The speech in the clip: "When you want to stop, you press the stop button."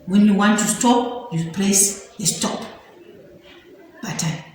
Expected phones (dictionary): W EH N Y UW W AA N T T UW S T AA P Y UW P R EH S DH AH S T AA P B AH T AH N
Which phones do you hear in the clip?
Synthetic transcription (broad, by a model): W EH N Y UW W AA N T T UW S T AA P Y UW P L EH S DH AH S T AA P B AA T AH